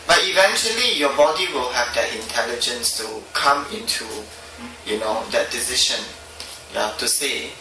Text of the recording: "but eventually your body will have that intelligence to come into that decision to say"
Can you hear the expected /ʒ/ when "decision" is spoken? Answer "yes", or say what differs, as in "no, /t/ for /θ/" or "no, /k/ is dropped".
no, /ʃ/ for /ʒ/